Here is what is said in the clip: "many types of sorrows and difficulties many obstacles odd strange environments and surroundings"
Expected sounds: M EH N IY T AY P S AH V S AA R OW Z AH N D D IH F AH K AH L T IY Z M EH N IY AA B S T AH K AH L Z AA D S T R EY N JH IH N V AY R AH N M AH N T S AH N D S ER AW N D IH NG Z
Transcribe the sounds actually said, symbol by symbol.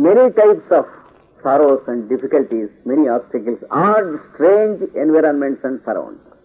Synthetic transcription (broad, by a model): M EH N IY T AY P S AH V S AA R OW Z AH N D D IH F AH K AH L T IY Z M EH N IY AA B S T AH K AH L S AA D S T R EY N JH IH N V AY R AH N M AH N T S AH N D S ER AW N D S